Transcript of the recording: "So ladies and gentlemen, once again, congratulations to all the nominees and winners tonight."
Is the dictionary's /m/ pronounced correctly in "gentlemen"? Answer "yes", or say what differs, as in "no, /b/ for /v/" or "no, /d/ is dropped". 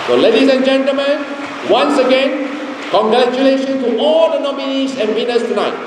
yes